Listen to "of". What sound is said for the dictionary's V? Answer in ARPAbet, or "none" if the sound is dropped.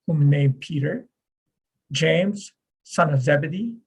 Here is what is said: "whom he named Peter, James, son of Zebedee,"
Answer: V